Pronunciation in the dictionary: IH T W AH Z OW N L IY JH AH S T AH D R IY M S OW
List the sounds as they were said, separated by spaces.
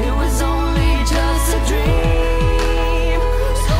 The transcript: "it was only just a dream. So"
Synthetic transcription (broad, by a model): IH T W AH Z OW N L IY JH AH S T AH D R IY M